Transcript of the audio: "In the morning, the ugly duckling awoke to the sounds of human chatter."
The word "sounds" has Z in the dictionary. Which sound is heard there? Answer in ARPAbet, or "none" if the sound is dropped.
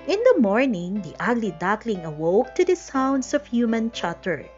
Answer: S